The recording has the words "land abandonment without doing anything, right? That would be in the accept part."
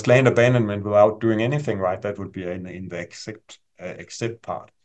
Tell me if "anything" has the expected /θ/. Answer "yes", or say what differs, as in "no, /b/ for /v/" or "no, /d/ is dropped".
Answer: yes